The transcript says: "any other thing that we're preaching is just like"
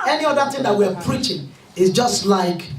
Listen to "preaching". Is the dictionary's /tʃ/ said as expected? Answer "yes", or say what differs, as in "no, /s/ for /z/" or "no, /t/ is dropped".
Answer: yes